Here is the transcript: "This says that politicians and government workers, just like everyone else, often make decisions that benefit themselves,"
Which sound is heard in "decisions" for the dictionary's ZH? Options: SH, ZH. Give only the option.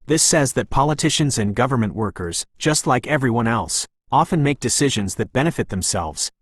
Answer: ZH